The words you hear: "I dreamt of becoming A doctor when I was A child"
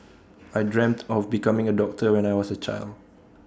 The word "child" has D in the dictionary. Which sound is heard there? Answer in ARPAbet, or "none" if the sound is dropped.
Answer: D